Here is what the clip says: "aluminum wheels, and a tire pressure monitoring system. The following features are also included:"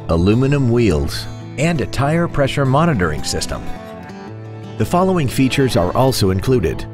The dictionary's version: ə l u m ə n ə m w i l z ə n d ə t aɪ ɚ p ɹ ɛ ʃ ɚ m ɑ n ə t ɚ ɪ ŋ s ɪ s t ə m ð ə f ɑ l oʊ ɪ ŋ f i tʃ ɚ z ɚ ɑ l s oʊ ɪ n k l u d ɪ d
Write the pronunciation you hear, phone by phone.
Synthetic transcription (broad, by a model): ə l u m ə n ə m w i l z ə n d ə t aɪ ɚ p ɹ ɛ ʃ ɚ m ɑ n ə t ɚ ɪ ŋ s ɪ s t ə m ð ə f ɑ l oʊ ɪ ŋ f i tʃ ɚ z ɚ ɑ l s oʊ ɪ n k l u d ɪ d